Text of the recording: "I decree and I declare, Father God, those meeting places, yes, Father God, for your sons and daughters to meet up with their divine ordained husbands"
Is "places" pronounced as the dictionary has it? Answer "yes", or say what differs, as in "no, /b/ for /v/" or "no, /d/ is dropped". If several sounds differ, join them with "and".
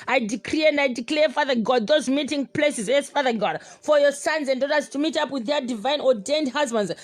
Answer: yes